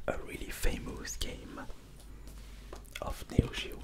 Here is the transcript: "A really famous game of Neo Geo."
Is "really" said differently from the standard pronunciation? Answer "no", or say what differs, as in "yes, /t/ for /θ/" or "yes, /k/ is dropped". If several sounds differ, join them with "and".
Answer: no